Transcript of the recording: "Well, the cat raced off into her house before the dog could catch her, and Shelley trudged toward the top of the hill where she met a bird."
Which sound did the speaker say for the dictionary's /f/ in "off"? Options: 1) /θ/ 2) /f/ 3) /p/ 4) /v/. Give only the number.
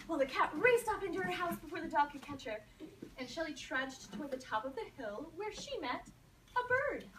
3